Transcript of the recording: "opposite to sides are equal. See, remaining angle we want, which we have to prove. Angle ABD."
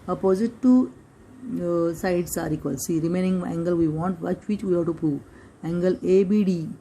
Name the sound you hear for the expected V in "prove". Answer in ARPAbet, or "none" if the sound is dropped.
none